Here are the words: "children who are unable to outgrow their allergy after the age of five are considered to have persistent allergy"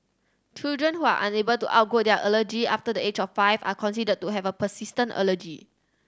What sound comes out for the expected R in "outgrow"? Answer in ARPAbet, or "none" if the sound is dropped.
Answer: none